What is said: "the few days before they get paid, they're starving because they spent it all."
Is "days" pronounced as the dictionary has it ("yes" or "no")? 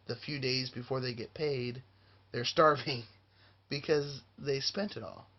yes